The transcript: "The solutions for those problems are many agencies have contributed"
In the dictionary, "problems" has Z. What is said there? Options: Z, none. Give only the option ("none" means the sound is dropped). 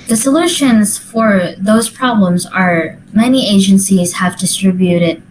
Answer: Z